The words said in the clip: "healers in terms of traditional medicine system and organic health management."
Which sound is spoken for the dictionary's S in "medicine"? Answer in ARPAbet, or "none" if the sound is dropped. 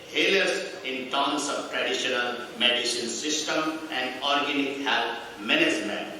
SH